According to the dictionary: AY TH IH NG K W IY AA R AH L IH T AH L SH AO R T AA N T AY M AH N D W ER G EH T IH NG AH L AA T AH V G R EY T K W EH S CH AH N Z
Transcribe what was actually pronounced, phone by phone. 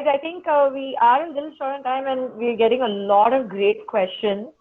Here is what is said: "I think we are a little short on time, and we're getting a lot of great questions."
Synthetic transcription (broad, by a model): AY T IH NG K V IY AA R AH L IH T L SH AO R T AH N T AY M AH N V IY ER G EH T IH NG AH L AA T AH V G R EY T K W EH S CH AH N